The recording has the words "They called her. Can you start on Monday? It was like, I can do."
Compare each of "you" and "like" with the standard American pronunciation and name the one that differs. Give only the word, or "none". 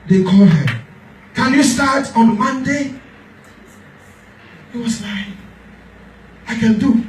like